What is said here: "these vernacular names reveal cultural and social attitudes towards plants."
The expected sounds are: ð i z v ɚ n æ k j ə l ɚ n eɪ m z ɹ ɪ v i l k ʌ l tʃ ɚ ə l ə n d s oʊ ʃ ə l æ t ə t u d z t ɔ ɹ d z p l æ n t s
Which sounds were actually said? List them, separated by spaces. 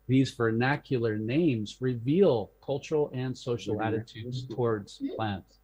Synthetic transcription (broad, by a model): ð i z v ɚ n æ k j l ɚ n eɪ m z ɹ ɪ v i l k ʌ l tʃ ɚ l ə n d s oʊ ʃ l æ t ə t u d z t ɔ ɹ d z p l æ n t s